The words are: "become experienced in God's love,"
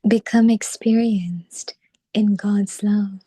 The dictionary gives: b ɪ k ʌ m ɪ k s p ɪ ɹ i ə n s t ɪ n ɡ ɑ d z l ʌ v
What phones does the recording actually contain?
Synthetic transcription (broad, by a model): b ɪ k ʌ m ɪ k s p ɪ ɹ i ə n s t ɪ n ɡ ɑ d z l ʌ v